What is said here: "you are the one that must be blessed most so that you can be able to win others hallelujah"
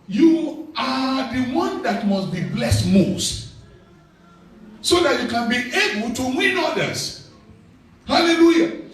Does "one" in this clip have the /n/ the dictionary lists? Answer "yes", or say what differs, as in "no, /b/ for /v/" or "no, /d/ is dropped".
yes